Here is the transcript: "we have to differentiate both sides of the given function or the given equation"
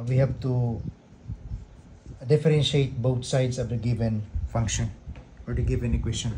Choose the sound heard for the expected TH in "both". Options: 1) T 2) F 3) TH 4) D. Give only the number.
1